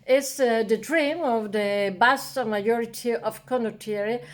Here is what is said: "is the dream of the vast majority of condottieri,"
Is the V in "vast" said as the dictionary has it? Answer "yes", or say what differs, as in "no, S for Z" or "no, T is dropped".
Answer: no, B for V